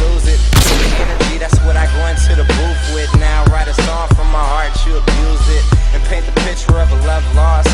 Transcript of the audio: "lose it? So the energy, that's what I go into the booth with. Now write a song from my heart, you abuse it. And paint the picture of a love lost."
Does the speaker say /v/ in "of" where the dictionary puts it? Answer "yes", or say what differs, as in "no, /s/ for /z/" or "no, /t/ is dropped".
yes